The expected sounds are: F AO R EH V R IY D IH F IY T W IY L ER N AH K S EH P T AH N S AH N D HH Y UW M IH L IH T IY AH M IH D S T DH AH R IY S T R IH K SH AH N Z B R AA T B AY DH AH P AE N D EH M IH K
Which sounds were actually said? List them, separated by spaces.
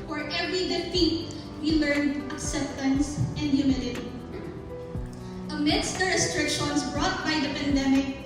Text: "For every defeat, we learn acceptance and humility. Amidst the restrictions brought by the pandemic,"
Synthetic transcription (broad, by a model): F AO R EH V R IY D IH F IY T W IY L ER N AH K S EH P T AH N S AH N D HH Y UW M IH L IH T IY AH M IH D S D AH R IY S T R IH K SH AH N S B R AA T B AY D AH P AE N D EH M IH K